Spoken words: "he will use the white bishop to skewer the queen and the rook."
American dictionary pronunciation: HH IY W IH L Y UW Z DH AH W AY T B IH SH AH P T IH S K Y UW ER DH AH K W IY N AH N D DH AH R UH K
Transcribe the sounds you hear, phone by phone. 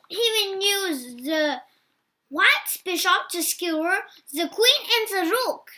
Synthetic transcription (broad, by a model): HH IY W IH N Y UW Z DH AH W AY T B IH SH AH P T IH S K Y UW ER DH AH K W IY N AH N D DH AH R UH K